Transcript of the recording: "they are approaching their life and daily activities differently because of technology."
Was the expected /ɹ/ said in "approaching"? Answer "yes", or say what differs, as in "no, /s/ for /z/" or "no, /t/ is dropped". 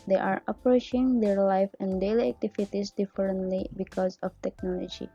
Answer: yes